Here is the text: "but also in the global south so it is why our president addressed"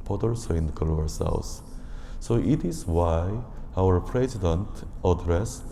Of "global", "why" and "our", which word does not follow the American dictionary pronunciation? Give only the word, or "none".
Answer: global